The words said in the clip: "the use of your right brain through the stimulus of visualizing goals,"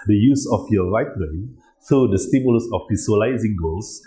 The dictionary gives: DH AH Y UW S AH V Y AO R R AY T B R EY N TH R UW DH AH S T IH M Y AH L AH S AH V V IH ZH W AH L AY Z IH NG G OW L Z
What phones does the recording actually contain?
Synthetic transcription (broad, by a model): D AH Y UW S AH F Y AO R R AY T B EY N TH R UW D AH S T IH M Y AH L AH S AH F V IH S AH L AY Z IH NG G OW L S